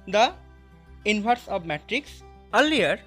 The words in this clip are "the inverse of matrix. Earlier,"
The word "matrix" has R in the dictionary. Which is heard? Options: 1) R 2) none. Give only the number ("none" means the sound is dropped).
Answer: 1